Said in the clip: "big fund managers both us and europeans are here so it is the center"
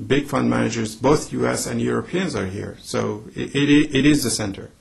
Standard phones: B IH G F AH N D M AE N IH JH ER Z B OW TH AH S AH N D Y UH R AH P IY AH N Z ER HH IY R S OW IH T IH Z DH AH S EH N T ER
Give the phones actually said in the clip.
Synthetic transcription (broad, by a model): B IH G F AH N D M AE N IH JH ER Z B OW TH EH S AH N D Y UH R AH P IY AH N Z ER HH IY R S OW IH T IH Z DH AH S EH N T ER